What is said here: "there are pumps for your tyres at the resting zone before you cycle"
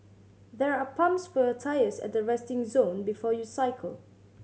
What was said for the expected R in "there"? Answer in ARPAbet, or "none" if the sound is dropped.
R